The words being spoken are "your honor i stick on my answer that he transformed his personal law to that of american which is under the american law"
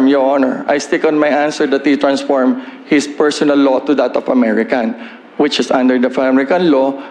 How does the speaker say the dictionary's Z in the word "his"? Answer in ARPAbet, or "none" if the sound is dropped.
S